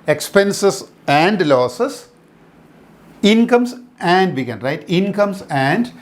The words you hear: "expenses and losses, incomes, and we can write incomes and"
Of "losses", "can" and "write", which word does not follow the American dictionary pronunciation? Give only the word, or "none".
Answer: losses